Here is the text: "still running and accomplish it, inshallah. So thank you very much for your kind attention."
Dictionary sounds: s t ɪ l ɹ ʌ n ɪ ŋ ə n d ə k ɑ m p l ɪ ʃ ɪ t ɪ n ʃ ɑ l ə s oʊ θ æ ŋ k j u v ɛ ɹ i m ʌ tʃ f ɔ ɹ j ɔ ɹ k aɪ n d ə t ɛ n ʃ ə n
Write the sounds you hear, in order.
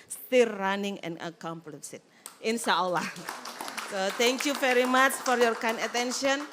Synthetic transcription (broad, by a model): s t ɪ l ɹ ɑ n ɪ ŋ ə n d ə k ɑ m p l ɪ s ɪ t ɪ n s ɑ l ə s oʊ t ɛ ŋ k j u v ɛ ɹ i m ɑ tʃ f ɔ ɹ j ɔ ɹ k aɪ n ə t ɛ n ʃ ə n